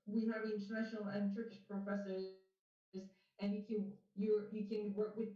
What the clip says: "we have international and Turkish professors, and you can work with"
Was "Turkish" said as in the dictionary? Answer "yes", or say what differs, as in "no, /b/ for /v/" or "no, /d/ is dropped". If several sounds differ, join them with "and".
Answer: yes